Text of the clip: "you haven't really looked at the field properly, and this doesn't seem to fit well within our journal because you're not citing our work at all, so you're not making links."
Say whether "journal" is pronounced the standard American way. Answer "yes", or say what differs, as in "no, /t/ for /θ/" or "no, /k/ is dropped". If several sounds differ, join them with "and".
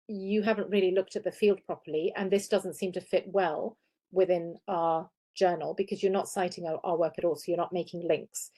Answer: yes